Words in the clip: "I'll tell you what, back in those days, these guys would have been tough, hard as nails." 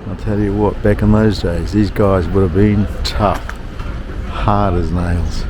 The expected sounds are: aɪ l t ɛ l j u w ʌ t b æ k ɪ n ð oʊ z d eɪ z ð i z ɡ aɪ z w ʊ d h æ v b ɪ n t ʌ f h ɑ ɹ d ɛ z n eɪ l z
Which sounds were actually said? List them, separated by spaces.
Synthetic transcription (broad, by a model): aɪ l t ɛ l j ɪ w ʌ t b æ k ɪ n ð oʊ z d eɪ z ð i z ɡ aɪ z w ʊ d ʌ v b ɪ n t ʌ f h ɑ ɹ d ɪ z n eɪ l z